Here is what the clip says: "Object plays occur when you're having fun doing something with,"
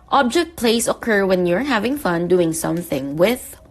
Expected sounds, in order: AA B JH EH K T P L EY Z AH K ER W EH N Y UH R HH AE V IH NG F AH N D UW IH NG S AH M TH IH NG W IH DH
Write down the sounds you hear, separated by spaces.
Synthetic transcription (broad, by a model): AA B JH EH K T P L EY S AH K ER W EH N Y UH R HH AE V IH NG F AH N D UW IH NG S AH M TH IH NG W IH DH